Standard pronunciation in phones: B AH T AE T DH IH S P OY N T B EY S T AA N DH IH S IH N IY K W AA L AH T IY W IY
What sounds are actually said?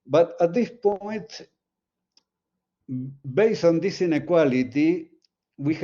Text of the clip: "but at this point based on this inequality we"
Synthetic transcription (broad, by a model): B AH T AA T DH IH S P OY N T B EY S AA N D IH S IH N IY K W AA L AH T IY W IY